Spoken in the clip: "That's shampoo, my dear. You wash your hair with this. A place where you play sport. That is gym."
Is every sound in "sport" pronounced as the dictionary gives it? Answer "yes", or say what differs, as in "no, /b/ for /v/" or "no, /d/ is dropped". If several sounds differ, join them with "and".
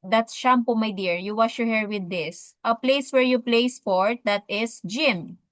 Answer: no, /f/ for /p/